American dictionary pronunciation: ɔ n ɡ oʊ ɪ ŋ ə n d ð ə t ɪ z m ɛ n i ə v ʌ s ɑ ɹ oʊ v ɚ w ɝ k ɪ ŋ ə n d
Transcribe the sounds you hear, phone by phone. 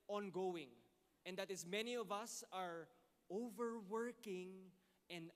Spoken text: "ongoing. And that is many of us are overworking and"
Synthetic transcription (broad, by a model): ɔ n ɡ oʊ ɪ ŋ ə n d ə t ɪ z m ɛ n i ə v ʌ s ɑ ɹ oʊ v ɚ w ɝ k ɪ ŋ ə n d